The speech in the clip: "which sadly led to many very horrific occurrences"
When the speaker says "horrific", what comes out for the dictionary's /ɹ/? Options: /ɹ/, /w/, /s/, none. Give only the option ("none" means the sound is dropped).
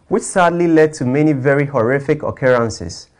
/ɹ/